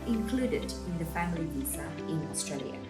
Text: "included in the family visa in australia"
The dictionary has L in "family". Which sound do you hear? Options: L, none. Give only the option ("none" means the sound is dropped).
L